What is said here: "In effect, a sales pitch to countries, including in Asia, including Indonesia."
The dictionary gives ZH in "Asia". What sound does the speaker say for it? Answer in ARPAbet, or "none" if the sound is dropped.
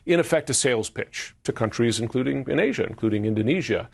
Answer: ZH